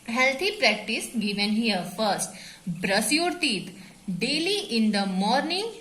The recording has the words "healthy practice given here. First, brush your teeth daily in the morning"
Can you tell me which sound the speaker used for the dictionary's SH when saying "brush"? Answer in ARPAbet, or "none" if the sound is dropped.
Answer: S